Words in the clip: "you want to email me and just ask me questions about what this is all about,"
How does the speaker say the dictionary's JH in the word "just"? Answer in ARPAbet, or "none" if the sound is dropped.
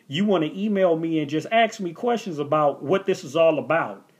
JH